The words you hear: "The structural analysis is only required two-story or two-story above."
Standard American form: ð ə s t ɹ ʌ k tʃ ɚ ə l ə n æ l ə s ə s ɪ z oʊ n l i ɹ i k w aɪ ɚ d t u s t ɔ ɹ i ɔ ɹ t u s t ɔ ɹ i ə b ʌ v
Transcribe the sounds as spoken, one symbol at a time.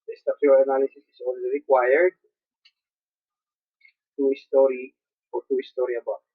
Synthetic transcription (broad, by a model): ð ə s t ʌ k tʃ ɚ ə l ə n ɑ l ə s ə s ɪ s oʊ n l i ɹ i k w aɪ ɚ d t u s t ɔ ɹ i ɔ ɹ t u s t ɔ ɹ i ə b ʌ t